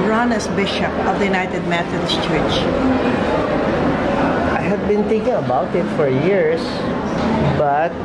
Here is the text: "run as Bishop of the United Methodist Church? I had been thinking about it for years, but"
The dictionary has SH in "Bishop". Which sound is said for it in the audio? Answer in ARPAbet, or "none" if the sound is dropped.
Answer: SH